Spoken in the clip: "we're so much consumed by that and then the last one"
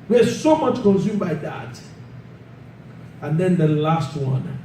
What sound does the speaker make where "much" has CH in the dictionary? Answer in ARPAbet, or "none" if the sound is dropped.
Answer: CH